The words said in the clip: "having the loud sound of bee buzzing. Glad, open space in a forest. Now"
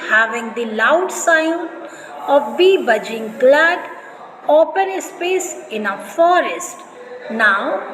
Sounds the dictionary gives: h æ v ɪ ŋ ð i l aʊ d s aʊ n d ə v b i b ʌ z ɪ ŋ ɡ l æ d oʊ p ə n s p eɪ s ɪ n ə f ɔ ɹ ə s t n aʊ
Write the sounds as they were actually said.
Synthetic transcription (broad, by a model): h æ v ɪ ŋ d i l aʊ d s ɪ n ə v b i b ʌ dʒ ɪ ŋ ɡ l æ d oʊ p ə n s p eɪ s ɪ n ə f ɔ ɹ ə s t n aʊ